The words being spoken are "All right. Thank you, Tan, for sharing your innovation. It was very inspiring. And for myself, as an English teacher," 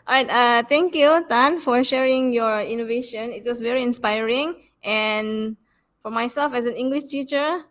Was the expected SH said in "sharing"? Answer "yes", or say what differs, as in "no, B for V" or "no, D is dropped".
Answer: yes